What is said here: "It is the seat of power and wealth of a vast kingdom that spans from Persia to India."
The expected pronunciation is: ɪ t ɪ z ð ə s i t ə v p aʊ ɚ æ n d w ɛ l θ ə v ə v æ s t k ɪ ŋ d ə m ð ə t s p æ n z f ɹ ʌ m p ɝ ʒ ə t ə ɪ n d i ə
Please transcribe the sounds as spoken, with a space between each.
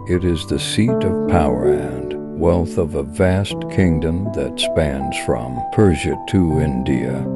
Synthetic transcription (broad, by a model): ɪ t ɪ z ð ə s i t ə v p aʊ ɚ æ n d w ɛ l θ ə v ə v æ s t k ɪ ŋ d ə m ð ə t s p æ n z f ɹ ʌ m p ɝ ʒ ə t ə ɪ n d i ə